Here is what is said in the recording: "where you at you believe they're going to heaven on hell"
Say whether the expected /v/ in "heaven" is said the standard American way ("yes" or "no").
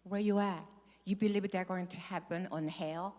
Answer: no